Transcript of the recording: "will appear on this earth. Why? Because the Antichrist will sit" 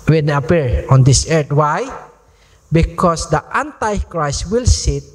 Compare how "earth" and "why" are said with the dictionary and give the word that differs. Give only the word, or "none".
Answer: earth